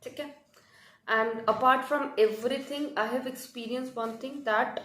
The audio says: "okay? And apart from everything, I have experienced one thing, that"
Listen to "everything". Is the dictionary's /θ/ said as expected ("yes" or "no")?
no